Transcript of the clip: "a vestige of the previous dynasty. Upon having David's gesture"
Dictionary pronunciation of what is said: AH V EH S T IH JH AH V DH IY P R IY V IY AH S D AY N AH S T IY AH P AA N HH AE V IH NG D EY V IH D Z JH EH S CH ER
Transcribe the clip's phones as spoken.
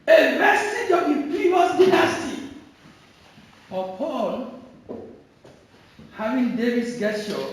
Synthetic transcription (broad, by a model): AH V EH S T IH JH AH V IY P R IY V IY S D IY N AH S T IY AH P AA L HH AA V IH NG D EY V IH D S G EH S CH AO